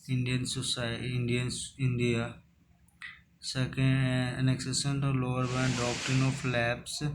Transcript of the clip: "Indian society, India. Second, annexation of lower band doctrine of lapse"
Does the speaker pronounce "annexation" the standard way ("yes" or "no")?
no